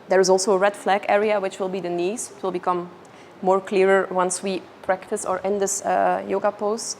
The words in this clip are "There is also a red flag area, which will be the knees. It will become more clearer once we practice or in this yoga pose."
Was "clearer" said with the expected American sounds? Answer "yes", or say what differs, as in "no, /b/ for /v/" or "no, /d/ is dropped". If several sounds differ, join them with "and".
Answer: yes